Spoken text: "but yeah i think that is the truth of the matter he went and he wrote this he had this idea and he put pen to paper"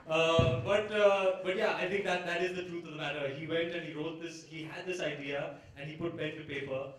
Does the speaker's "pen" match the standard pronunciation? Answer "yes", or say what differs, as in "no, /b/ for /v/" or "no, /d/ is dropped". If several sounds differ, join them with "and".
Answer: no, /b/ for /p/